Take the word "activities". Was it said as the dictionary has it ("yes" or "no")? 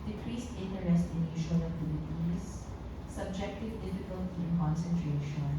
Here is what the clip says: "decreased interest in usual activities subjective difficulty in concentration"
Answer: no